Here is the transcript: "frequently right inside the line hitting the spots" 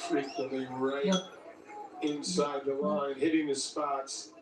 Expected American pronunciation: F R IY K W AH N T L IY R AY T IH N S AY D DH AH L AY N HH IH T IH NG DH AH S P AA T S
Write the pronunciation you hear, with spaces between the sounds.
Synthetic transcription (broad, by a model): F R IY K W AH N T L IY R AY IH N S AY D DH AH L AY N HH IH T IH NG DH AH S P AA T S